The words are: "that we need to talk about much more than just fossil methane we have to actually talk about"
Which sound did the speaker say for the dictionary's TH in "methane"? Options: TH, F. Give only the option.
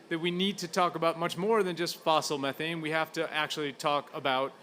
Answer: TH